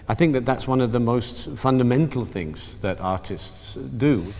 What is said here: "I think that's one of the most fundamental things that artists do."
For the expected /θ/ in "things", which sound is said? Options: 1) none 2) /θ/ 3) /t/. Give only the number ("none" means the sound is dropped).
2